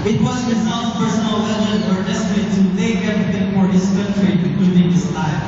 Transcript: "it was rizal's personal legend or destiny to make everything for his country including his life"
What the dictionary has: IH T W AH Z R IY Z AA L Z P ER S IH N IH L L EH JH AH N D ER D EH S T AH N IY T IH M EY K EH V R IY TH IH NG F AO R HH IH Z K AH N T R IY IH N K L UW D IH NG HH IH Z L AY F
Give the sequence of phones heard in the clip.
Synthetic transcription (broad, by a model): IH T W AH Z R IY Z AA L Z P ER S IH N IH L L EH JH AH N ER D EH S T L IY T IH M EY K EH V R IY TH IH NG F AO R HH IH S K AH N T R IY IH K UW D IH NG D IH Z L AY